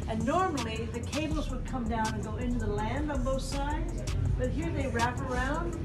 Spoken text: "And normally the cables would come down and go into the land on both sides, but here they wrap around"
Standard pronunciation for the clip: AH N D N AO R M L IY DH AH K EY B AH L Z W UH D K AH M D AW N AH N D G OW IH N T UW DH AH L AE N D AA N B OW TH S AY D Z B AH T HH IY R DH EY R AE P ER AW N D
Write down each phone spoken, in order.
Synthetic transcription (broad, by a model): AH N N AO R M L IY DH AH K EY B L Z W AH D K AH M D AW N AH N G OW IH N T UW DH AH L AE N D N B OW TH S AY D Z B AH T HH IY R DH EY R AE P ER AW N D